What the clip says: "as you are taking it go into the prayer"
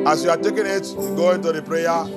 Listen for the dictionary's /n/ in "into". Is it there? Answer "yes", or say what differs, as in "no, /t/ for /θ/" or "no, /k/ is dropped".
yes